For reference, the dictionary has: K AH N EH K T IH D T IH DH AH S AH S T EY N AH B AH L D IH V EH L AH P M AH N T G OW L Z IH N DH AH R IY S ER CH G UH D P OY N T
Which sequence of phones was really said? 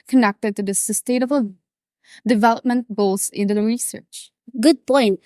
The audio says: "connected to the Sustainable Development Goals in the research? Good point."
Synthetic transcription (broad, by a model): K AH N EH K T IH D T IH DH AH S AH S T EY AH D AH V D IH V EH L AH P M AH N T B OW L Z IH N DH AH R IY S ER CH G UH D P OY N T